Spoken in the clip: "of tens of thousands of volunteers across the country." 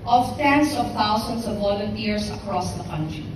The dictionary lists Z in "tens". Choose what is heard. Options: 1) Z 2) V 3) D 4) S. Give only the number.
4